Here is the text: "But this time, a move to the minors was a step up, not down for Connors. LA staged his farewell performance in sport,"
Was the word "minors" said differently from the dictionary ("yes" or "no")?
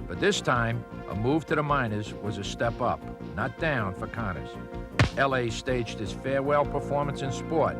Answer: no